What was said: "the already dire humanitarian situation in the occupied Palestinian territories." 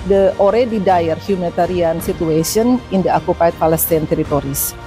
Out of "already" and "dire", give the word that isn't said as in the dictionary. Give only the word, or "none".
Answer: none